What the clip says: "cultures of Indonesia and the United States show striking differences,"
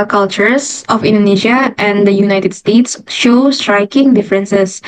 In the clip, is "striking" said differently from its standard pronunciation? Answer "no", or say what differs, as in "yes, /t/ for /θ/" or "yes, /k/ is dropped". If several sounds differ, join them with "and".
no